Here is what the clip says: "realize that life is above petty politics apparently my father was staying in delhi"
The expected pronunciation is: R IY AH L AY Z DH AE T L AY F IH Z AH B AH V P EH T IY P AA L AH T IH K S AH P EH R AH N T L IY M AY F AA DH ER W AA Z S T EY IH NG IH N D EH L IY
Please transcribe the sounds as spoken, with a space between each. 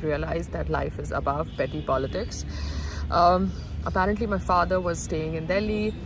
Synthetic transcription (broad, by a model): R IY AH L AY Z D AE T L AY F IH Z AH B AH V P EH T IY P AA L AH T IH K S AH P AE R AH N T L IY M AY F AA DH ER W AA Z S T EY IH NG IH N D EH L IY